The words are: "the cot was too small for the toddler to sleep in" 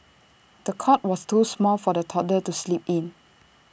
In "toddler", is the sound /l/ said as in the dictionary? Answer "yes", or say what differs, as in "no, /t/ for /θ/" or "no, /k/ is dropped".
no, /l/ is dropped